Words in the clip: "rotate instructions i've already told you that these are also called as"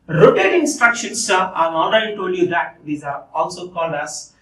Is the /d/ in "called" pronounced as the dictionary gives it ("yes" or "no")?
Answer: no